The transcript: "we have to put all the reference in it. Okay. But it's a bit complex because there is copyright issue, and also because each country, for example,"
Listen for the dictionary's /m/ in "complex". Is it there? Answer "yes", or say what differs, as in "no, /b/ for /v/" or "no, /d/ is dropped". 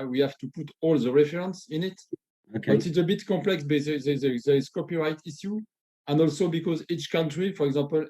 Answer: no, /m/ is dropped